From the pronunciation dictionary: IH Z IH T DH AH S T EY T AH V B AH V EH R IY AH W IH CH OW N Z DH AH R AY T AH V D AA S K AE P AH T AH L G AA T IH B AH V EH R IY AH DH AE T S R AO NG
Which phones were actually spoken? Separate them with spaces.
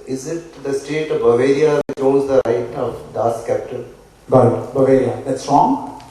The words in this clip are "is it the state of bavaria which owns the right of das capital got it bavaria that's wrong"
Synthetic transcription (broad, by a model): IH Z IH T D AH S T EY T AH V B AH V EH R IY AH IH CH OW Z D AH R AY T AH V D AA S K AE P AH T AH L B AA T B AH V EH R IY AH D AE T S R AO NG